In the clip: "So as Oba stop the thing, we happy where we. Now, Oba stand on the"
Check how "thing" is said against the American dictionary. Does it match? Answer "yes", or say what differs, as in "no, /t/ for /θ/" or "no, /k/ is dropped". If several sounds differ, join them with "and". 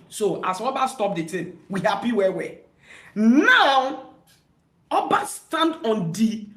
no, /t/ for /θ/